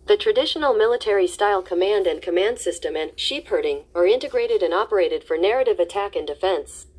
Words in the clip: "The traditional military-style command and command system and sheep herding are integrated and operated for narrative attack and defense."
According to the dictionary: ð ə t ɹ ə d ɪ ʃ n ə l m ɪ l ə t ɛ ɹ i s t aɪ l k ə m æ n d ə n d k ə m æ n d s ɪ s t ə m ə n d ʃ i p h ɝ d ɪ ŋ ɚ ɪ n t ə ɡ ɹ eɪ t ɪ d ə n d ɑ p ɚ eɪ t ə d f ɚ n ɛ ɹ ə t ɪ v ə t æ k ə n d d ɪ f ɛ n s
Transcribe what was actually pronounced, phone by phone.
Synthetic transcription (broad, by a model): ð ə t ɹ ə d ɪ ʃ n l m ɪ l ə t ɛ ɹ i s t aɪ l k ə m æ n d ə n k ə m æ n d s ɪ s t ə m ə n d ʃ i p h ɝ d ɪ ŋ ɚ ɪ n t ə ɡ ɹ eɪ t ɪ d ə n ɑ p ɚ eɪ t ə d f ɚ n ɛ ɹ ə t ɪ v ə t æ k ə n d d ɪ f ɛ n s